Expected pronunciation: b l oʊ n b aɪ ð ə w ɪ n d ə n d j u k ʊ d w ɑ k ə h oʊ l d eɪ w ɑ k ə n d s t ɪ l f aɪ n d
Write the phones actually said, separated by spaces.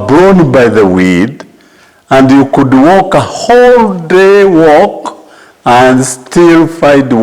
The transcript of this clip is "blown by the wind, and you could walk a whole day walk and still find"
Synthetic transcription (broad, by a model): b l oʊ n b aɪ ð ə w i d ə n d j u k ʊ d w ɑ k ə h oʊ l d eɪ w ɑ k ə n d s t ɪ l f aɪ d